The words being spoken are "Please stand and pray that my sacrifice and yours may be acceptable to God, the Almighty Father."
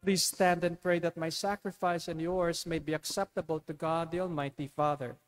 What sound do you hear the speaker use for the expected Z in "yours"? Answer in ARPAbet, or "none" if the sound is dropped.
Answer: S